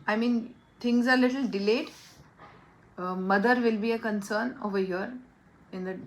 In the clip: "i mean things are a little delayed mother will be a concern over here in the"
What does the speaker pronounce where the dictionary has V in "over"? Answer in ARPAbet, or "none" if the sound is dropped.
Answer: V